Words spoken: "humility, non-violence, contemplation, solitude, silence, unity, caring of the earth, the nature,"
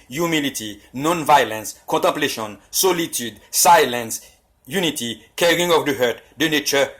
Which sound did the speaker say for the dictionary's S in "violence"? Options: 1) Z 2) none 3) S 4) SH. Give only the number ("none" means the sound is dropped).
3